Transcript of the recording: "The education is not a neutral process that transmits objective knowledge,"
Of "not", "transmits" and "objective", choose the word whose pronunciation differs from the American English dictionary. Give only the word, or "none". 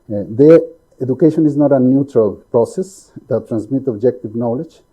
transmits